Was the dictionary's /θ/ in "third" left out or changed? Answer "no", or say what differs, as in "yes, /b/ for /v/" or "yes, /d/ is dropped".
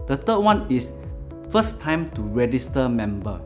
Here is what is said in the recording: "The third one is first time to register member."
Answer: yes, /t/ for /θ/